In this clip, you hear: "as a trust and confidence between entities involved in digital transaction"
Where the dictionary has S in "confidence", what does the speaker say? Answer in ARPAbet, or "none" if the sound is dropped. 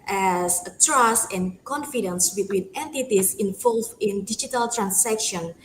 S